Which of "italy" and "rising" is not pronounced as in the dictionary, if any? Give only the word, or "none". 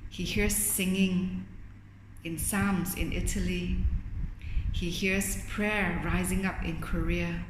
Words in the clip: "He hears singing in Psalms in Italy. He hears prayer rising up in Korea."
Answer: none